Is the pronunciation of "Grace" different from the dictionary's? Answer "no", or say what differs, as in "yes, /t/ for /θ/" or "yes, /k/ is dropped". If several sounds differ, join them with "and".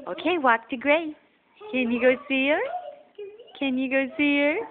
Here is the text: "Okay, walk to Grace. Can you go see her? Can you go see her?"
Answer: yes, /s/ is dropped